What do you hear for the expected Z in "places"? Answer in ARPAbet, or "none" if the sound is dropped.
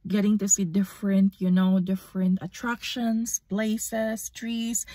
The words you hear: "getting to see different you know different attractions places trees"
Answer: S